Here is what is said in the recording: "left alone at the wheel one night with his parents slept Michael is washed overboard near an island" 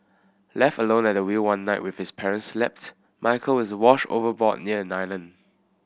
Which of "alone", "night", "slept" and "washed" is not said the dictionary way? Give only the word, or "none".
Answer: washed